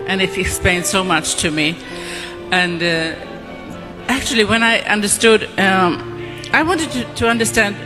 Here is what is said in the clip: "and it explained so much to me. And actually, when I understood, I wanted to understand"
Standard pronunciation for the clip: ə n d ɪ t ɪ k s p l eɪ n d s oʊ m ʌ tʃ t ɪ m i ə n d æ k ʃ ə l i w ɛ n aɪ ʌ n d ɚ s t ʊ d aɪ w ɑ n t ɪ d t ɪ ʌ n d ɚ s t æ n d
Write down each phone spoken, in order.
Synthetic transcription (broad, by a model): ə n ɪ t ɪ k s p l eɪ n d s oʊ m ʌ tʃ t ɪ m i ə n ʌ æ k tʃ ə l i w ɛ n aɪ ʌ n d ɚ s t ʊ d aɪ w ɑ n t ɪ d t ɪ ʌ n d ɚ s t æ n d